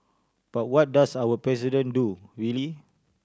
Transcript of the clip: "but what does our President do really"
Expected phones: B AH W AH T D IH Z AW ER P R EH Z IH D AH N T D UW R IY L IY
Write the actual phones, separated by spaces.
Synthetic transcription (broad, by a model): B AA W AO T D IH S AW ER P R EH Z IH D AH N D UW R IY L IY